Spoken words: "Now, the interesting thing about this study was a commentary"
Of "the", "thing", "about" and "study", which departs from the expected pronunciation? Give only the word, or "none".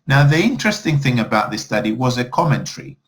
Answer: none